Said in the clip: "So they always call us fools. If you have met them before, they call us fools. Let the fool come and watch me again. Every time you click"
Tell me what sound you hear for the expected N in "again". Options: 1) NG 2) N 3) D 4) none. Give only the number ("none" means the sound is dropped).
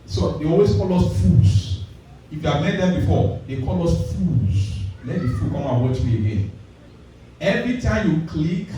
2